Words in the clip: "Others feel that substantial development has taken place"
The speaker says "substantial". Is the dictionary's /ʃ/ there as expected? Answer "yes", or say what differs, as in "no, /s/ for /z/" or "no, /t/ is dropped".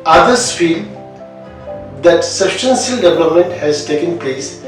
no, /s/ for /ʃ/